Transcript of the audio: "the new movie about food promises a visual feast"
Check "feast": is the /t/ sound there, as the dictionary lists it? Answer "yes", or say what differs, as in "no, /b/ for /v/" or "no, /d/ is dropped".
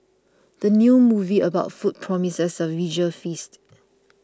yes